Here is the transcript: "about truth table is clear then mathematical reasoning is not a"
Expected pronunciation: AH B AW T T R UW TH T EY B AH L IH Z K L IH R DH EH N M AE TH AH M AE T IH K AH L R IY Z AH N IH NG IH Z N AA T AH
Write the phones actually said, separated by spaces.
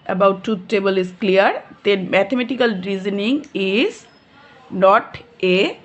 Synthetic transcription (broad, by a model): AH B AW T T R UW T T EY B AH L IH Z K L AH R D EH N M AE T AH M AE T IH K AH L R IY Z AH N IH NG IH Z N AA T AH